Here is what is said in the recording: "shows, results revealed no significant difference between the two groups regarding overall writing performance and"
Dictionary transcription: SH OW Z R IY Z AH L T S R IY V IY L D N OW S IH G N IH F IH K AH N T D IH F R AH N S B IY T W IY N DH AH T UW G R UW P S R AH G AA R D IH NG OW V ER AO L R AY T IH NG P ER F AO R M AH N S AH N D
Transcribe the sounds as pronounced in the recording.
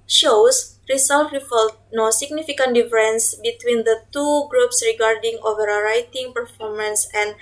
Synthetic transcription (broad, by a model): SH OW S R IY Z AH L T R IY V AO L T N OW S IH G N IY F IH K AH N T D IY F R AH N S B IY T W IY N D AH T UW G R UW P S R AH G AA R D IH NG OW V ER R AY T IH NG P ER F AO R M AH N S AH N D